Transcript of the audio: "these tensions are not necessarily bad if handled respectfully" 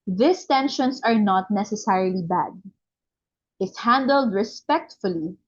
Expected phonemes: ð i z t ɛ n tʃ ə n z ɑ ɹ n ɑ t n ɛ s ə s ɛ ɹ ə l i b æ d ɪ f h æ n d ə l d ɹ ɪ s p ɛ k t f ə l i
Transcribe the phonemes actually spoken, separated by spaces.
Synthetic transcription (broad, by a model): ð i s t ɛ n ʃ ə n s ɑ ɹ n ɑ t n ɛ s ə s ɛ ɹ ə l i b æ d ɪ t h æ n d ə l d ɹ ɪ s p ɛ k t f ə l i